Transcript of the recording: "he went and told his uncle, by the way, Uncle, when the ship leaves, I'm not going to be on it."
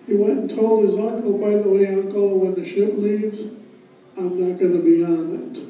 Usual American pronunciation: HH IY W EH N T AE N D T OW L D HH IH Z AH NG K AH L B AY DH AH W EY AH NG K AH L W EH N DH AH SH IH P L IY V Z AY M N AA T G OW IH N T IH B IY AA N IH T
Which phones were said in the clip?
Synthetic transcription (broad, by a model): HH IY W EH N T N T OW L D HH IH Z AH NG K L B AY DH AH W EY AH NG K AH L W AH N DH AH SH IH P L IY V Z AY M N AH T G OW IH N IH B IY AA N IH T